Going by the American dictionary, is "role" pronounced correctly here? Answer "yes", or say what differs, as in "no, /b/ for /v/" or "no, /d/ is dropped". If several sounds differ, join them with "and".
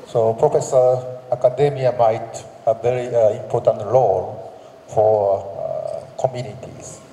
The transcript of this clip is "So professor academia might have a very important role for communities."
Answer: no, /l/ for /ɹ/